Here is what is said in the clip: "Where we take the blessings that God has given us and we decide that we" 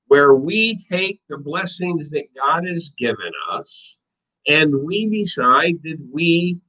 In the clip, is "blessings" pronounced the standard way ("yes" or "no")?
yes